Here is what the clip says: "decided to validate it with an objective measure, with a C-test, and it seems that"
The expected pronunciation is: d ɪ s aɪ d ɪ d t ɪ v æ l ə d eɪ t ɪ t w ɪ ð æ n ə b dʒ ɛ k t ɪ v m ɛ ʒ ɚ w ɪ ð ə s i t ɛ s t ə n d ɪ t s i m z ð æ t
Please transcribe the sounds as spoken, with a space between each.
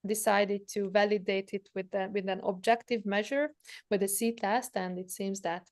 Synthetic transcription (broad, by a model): d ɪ s aɪ d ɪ d t ɪ v æ l ə d eɪ t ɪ t w ɪ ð æ n ə b dʒ ɛ k t ɪ v m ɛ ʒ ɚ w ɪ ð ə s i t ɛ s t ə n d ɪ t s i m z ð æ t